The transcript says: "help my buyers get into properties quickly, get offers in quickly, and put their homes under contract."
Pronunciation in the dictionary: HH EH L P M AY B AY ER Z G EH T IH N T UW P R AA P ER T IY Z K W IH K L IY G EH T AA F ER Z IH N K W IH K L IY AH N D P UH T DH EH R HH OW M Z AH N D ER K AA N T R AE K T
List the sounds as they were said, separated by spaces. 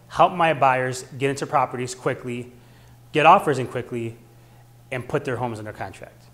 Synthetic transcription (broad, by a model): HH EH L P M AY B AY ER Z G EH T IH N T UW P R AA P ER T IY Z K W IH K L IY G EH T AA F ER Z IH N K W IH K L IY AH N P UH T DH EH R HH OW M Z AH N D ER K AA N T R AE K T